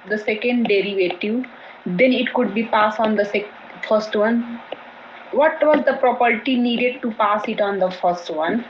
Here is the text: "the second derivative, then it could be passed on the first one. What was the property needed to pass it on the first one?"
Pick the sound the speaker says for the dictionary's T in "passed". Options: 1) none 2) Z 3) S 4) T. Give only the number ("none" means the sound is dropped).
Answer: 1